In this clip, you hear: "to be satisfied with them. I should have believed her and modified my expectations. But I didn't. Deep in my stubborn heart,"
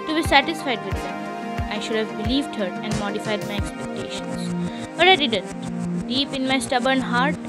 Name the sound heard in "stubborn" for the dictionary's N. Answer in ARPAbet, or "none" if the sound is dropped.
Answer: N